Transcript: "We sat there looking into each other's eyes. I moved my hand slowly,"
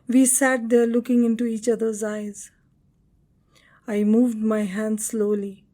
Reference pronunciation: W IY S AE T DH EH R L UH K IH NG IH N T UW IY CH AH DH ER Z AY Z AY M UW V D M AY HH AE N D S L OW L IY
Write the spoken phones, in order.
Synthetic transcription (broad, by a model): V IY S AE T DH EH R L UH K IH NG IH N T UW IY CH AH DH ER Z AY Z AY M UW V D M AY HH AE N D S L OW L IY